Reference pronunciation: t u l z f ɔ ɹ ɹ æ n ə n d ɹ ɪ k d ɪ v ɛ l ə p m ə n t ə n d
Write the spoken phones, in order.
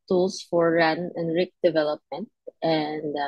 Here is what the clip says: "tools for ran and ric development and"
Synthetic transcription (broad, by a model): t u l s f ɔ ɹ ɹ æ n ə n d ɹ ɪ k d ɪ v ɛ l ə p m ə n t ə n d